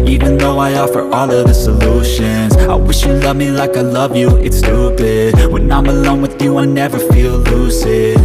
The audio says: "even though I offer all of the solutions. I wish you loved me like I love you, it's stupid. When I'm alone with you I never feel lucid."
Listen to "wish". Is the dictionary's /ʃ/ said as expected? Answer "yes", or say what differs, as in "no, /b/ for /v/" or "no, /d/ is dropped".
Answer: yes